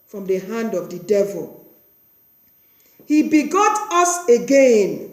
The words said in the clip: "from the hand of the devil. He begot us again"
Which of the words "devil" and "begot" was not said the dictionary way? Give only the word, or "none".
none